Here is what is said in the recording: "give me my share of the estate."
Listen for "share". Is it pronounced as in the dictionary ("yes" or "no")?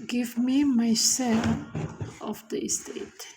no